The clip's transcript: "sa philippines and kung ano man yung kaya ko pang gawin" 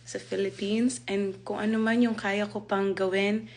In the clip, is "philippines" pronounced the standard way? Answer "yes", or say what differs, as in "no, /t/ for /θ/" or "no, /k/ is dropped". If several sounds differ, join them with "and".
no, /s/ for /z/